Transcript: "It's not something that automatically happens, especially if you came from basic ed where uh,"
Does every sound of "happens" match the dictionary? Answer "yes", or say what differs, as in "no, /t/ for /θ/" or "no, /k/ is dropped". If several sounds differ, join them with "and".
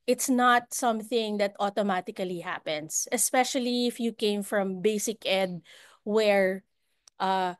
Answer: no, /s/ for /z/